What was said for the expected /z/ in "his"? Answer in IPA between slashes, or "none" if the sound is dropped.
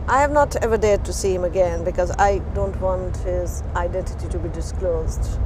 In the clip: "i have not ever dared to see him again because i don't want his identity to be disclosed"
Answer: /z/